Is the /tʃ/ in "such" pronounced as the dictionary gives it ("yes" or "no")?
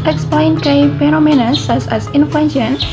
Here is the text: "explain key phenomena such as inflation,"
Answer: no